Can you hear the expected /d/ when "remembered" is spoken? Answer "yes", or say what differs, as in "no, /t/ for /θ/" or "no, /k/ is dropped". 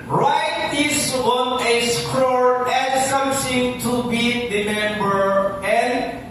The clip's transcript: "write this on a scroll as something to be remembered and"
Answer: no, /d/ is dropped